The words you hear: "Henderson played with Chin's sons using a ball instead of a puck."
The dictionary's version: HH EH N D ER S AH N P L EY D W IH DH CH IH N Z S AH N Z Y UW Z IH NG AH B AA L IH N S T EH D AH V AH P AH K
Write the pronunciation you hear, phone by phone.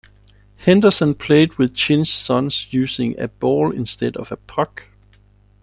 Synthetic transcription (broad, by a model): HH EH N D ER S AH N P L EY D W IH DH CH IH N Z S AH N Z Y UW S IH NG AH B AA L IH N S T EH D AH V AH P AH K